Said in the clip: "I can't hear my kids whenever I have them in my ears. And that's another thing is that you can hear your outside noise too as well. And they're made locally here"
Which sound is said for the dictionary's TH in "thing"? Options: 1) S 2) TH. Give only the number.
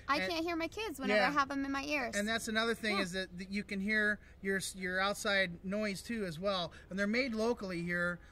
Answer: 2